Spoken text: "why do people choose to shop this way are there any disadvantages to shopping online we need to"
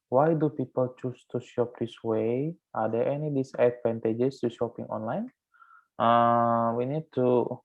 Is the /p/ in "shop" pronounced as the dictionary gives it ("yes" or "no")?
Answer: yes